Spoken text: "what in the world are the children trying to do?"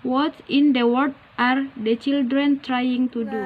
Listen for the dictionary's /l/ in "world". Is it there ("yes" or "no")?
no